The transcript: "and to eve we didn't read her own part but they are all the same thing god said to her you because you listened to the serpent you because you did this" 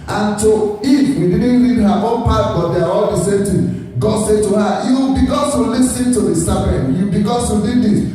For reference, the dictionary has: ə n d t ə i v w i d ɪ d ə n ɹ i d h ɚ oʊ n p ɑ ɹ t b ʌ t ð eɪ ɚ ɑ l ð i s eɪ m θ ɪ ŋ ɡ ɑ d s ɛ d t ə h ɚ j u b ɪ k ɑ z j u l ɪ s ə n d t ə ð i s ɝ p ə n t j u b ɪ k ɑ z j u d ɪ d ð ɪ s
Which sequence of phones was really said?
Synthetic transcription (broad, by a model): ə n t ə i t w i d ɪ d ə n l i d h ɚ oʊ n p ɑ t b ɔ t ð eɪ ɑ ɑ l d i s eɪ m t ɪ ɡ ɑ d s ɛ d t ə h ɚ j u b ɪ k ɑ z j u l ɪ s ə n t ə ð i s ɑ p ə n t j u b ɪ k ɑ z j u d ɪ d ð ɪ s